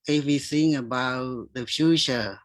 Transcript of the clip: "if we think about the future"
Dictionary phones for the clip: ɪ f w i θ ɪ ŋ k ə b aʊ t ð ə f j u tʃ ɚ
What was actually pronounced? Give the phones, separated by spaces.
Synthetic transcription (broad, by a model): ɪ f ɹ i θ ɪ ŋ ə b aʊ t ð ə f j u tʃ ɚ